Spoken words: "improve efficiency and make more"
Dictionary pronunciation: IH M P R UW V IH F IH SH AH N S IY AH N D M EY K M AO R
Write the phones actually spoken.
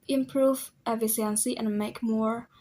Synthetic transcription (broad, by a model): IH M P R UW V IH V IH S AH N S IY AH N M EY K M AO R